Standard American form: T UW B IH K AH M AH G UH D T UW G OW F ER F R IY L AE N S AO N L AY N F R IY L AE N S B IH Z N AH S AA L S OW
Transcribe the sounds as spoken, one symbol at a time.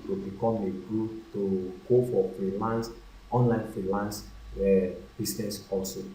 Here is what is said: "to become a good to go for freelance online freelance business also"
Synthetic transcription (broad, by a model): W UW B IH K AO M AH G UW T UW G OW F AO F R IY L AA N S AO N L AY N F R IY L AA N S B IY S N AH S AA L S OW